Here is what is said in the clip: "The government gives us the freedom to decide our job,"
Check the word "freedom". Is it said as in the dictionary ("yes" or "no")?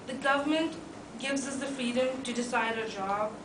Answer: yes